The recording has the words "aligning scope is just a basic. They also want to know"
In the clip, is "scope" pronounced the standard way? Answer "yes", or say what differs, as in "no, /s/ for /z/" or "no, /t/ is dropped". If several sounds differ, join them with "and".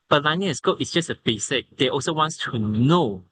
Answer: no, /p/ is dropped